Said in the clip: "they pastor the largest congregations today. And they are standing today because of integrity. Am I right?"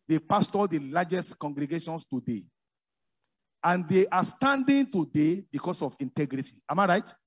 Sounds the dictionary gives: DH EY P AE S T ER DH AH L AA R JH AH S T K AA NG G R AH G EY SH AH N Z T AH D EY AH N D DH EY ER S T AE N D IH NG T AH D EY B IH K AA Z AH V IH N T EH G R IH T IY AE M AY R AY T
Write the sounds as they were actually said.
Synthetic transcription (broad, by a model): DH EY P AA S T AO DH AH L AA JH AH S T K AA NG G R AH G EY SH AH N S T AH D EY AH N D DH EY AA S T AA N D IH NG T AH D EY B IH K AA S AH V IH N T EH G R IH T IY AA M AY R AY T